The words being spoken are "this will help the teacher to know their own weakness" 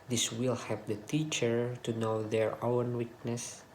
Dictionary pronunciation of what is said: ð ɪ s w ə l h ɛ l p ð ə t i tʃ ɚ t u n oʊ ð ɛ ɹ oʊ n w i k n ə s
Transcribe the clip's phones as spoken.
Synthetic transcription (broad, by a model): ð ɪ s w ə l h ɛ p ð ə t i tʃ ɚ t u n oʊ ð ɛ ɹ oʊ n w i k n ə s